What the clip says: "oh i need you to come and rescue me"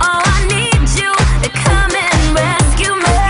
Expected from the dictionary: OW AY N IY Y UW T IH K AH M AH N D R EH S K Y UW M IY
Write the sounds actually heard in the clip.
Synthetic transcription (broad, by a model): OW AY N IY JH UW T IH K AH M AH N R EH K Y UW M